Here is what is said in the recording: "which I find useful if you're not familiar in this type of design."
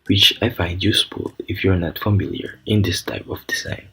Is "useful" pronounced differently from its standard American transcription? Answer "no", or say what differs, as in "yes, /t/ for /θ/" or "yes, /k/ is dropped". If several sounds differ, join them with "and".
yes, /p/ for /f/